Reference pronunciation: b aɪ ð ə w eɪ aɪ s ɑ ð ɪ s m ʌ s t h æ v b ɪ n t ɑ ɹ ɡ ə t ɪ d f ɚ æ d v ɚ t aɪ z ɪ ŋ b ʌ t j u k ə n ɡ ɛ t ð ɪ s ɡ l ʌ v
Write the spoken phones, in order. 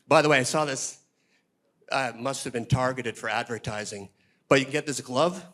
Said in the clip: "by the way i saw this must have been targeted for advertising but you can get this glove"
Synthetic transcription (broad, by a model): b aɪ ð ə w eɪ aɪ s ɑ ð ɪ s m ʌ s t h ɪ v b ɪ n t ɑ ɹ ɡ ə t ɪ d f ɚ æ d v ɚ t aɪ z ɪ ŋ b ʌ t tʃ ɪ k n ɡ ɛ t ð ɪ s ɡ l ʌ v